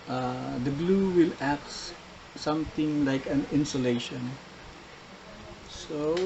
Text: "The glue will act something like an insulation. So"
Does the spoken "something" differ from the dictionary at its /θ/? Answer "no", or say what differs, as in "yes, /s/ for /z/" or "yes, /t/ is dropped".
yes, /t/ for /θ/